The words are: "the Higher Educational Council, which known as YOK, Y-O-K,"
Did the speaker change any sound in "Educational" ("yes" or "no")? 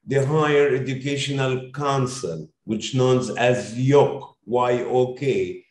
no